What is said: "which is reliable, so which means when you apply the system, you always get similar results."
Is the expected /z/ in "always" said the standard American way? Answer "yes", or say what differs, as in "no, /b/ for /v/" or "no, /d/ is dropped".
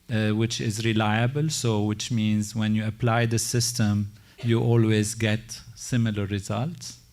yes